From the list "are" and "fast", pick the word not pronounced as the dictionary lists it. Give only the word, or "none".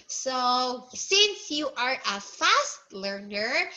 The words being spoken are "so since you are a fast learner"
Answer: none